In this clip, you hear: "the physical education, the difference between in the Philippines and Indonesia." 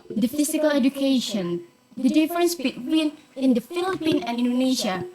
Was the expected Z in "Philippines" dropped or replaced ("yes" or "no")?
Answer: yes